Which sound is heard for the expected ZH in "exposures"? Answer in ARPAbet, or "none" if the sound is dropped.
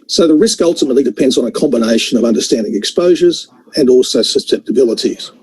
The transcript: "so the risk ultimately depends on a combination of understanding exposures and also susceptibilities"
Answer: ZH